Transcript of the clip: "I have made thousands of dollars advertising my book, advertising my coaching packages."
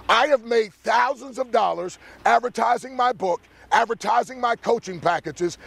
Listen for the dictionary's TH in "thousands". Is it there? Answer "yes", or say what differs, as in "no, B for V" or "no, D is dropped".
yes